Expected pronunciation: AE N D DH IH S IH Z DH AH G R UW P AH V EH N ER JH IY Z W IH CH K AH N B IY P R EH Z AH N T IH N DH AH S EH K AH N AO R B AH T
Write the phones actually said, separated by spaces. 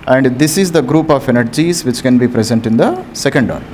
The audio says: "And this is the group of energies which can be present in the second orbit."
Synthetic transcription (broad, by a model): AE N D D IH S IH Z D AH G R UW P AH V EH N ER JH IY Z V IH CH K AH N B IY P R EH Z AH N T IH N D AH S EH K AH N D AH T